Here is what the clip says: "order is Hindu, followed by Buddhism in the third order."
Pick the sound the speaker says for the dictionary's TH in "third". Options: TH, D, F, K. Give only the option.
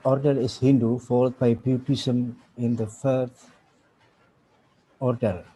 F